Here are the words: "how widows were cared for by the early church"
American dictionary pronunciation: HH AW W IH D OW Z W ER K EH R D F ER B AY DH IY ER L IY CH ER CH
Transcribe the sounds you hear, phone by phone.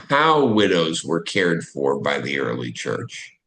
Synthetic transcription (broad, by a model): HH AW W IH D OW Z W ER K EH R D F ER B AY DH IY ER L IY CH ER CH